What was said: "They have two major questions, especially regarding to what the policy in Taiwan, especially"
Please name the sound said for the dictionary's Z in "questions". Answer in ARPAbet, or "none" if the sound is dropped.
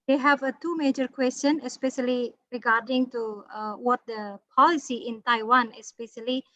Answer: none